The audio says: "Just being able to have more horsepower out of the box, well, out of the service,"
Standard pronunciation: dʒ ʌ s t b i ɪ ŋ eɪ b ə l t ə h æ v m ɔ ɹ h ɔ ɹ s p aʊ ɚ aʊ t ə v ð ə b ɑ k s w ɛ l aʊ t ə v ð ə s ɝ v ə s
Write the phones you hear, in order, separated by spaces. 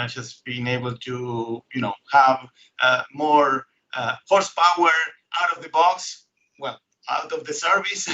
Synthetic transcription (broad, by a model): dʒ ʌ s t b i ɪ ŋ eɪ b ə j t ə h æ v m ɔ ɹ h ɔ ɹ s p aʊ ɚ aʊ t ə v ð ə b ɑ k s w ɛ l aʊ t ə v ð ə s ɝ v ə s